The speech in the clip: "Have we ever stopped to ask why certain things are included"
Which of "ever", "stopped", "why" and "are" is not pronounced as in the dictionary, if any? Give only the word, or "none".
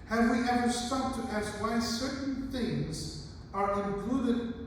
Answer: stopped